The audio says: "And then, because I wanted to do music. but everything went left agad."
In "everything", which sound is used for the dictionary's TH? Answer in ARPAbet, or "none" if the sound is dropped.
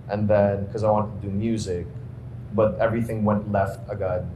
TH